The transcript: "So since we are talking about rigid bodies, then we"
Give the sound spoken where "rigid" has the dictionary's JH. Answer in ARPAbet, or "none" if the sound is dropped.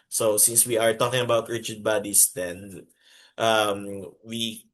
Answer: CH